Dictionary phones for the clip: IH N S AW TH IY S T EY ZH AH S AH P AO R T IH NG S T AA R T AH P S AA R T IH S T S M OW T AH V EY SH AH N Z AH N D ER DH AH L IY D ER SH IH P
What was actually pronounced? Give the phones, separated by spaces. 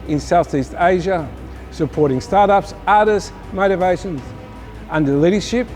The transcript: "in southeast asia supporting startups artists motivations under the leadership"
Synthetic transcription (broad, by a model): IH N S AW TH IY S T EY ZH AH S AH P AO R T IH NG S T AA R T AH P S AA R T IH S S M OW T AH V EY SH AH N Z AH N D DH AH L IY D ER SH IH P